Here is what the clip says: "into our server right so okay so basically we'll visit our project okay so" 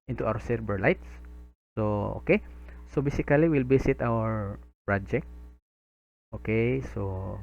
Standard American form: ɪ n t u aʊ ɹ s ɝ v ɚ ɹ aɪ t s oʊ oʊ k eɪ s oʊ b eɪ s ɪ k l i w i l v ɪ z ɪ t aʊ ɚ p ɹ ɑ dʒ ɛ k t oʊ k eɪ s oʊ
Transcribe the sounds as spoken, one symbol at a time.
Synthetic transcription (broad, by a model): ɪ n t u aʊ ɹ s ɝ b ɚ l aɪ t s oʊ oʊ k eɪ s oʊ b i s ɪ k l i w i l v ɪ s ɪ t aʊ ɚ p ɹ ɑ dʒ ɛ k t oʊ k eɪ s oʊ